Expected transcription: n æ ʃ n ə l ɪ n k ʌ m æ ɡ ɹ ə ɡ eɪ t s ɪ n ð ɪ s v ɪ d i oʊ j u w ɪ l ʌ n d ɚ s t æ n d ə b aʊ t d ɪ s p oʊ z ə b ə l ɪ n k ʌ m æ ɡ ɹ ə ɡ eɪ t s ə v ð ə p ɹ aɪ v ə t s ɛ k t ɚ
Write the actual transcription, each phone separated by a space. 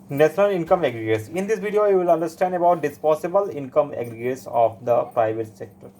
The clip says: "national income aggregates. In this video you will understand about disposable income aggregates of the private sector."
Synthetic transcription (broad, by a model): n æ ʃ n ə l ɪ n k ʌ m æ ɡ ɹ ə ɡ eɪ t s ɪ n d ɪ s v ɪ d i oʊ j u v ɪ l ʌ n d ɚ s t æ n d ə b aʊ t d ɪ s p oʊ s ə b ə l ɪ n k ʌ m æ ɡ ɹ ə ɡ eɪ t s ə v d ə p ɹ aɪ v ə t s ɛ k t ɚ